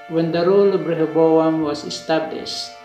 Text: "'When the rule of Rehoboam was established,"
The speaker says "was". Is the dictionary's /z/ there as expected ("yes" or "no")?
no